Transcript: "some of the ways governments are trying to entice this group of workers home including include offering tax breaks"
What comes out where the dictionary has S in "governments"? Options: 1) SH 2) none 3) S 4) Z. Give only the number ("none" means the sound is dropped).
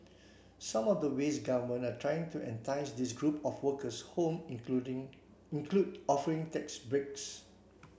2